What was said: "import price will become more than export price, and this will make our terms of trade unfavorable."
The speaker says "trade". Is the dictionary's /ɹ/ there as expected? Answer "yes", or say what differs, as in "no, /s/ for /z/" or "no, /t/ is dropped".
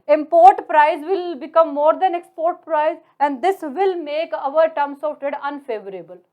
no, /ɹ/ is dropped